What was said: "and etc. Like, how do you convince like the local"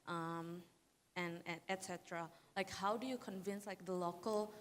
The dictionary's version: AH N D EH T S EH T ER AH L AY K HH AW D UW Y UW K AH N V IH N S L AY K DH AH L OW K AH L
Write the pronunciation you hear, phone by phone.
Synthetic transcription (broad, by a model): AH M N EH T S EH T ER AH L AY K HH AW D UW Y UW K AH N V IH N S L AY K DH AH L OW K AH L